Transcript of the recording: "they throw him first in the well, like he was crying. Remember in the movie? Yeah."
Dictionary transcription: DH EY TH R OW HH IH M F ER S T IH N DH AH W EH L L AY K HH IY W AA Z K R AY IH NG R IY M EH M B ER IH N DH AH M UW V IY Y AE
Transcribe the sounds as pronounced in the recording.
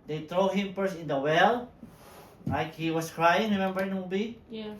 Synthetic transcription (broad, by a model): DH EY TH R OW HH IH M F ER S IH N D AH W EH L L AY K HH IY W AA S K R AY IH NG R IY M EH M B ER IH N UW B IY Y